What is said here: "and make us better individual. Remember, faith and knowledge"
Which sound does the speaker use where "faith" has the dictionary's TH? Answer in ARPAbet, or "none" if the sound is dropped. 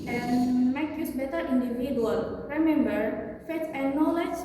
T